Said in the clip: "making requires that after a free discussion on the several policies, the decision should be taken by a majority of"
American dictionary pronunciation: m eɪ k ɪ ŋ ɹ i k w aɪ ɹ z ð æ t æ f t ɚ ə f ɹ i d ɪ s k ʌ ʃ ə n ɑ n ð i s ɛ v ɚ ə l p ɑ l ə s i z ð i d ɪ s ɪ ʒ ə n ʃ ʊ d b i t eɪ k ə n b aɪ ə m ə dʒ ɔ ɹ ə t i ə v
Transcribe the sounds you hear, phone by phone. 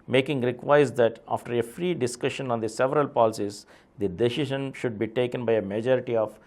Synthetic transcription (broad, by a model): m eɪ k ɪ ŋ ɹ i k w aɪ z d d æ t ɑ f t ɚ ə f ɹ i d ɪ s k ʌ ʃ ə n ɑ n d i s ɛ v ɚ ə l p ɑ l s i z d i d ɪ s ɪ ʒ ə n ʃ ʊ d b i t eɪ k ə n b aɪ ə m ə dʒ ɔ ɹ ə t i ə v